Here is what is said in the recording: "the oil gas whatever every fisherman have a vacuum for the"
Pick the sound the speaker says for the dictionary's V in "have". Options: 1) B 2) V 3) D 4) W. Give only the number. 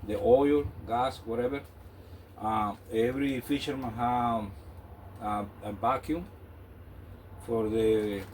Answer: 1